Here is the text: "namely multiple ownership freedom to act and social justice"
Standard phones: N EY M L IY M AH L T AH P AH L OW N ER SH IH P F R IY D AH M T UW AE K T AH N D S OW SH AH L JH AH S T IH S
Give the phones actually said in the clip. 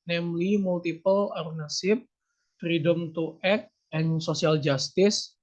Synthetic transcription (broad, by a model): N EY M L IY M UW L T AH P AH L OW N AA S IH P F R IY D AH M T UW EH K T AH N S OW S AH L JH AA S T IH S